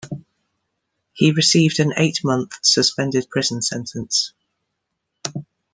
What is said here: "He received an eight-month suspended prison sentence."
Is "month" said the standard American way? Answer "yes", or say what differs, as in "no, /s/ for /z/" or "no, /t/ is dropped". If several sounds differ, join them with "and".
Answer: yes